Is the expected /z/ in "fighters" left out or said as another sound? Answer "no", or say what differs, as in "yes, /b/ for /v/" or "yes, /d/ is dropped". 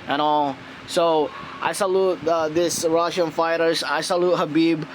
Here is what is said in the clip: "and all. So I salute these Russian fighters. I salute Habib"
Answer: yes, /s/ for /z/